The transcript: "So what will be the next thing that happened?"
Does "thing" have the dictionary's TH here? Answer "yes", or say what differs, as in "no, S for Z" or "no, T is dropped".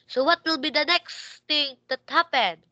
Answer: no, T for TH